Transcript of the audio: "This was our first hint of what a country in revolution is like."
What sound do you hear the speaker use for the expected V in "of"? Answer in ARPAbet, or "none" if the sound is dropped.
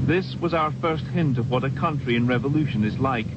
V